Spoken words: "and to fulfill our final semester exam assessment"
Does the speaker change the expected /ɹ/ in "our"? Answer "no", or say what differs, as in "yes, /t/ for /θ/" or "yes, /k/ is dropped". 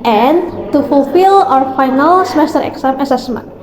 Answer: no